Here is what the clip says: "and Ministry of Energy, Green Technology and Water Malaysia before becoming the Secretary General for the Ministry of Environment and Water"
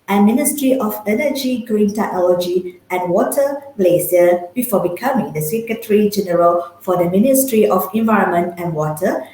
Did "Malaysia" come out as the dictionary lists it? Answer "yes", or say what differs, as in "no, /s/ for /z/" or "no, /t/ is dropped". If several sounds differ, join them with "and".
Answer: no, /s/ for /ʒ/